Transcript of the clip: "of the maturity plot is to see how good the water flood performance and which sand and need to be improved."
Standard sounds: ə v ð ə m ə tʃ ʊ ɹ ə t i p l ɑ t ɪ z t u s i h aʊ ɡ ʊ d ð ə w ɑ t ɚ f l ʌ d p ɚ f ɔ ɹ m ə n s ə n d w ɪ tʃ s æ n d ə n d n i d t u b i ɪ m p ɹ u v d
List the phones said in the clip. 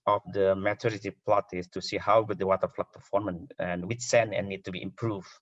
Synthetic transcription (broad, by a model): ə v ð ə m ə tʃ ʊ ɹ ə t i p l ɑ t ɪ s t u s i h aʊ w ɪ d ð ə w ɑ t ɚ f l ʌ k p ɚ f ɔ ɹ m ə n ə n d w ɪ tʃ s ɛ n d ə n n i d t u b i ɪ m p ɹ u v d